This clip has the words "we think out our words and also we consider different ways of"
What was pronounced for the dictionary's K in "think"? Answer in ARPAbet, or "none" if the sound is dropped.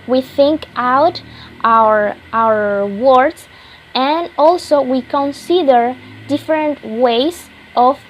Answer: K